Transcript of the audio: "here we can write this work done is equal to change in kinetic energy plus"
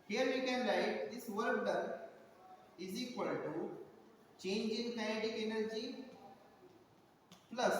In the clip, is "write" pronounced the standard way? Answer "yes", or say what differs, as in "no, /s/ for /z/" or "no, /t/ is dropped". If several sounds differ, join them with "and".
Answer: no, /l/ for /ɹ/